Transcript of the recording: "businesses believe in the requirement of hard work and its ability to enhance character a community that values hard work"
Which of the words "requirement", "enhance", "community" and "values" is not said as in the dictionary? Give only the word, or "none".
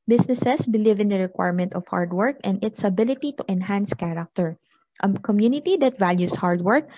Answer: values